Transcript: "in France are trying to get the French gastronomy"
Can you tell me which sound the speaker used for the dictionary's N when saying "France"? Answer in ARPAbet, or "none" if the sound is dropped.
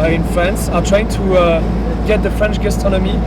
N